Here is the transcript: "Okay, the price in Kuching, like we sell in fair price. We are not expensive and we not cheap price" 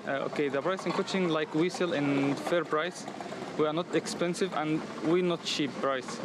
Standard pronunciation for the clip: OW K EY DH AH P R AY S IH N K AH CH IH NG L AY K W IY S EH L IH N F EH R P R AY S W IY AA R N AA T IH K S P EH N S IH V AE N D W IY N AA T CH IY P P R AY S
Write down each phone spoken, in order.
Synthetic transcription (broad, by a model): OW K EY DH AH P R AY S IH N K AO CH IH NG L AY K W IY S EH L IH N F EH R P R AY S W IY AA R N AA T IH K S P EH N S IH V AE N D W IY N AA T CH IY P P R AY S